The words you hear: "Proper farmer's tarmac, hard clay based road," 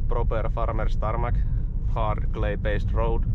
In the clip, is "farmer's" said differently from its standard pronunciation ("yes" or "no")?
yes